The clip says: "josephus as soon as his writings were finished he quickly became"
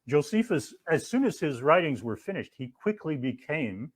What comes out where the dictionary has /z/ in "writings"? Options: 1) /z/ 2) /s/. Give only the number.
1